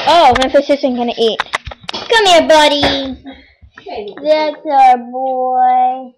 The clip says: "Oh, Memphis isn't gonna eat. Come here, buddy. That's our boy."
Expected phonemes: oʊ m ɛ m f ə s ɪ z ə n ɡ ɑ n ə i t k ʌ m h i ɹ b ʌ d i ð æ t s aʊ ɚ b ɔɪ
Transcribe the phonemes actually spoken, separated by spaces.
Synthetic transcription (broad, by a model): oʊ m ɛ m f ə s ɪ s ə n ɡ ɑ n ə i t k ʌ m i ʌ b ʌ d i ð æ t s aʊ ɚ b ɔɪ